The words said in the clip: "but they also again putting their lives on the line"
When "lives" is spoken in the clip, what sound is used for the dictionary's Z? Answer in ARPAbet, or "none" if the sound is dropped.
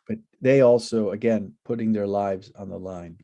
Z